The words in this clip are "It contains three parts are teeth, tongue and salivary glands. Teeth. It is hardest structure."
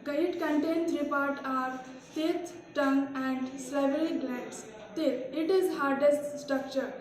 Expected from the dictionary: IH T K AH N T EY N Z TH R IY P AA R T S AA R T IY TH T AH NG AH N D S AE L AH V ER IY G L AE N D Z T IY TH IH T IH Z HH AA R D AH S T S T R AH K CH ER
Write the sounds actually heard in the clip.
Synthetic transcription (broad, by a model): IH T K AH N T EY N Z R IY P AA R T AA R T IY T T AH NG AH N D S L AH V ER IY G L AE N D S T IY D IH T IH Z HH AA R D AH S T S T R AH K CH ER